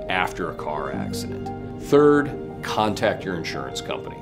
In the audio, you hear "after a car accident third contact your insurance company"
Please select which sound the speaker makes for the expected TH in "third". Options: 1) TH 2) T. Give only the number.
1